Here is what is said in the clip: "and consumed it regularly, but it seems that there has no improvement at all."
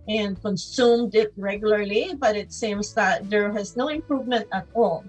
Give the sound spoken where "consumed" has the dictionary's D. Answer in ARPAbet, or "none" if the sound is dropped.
D